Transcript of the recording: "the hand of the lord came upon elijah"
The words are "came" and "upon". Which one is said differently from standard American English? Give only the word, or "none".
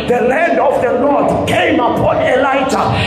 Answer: none